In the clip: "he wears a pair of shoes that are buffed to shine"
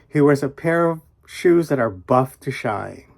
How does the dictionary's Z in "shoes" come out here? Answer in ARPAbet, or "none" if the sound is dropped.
Z